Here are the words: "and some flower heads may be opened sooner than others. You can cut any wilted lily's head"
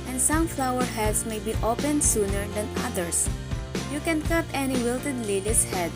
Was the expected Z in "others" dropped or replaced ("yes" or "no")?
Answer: yes